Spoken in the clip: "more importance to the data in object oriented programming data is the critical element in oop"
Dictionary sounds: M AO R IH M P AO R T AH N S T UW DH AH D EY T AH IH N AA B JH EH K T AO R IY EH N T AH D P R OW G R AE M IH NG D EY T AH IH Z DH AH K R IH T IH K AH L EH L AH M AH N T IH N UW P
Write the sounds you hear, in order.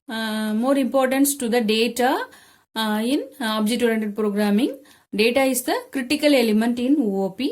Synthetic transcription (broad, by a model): M AO R IH M P AO R T AH N S T UW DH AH D EY T AH IH N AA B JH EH T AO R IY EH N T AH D P R OW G R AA M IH NG D EY T AH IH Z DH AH K R IH T IH K AH L EH L AH M AH N T IH N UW P